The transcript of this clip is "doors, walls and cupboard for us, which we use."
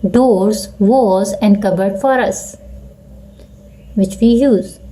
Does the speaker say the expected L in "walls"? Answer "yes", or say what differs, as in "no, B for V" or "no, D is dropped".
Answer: no, L is dropped